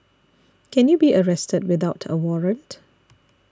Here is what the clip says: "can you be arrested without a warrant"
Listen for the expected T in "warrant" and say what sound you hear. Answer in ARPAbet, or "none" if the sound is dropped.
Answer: T